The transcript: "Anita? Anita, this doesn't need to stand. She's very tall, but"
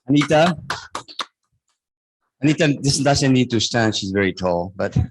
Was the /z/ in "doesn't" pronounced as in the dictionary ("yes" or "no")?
no